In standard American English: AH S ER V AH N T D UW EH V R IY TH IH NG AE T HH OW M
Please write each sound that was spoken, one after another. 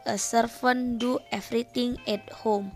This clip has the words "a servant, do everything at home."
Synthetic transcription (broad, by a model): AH S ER F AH N D UW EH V R IY T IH NG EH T HH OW M